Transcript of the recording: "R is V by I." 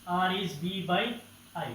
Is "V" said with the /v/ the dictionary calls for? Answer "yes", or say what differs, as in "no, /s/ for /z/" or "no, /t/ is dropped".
no, /b/ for /v/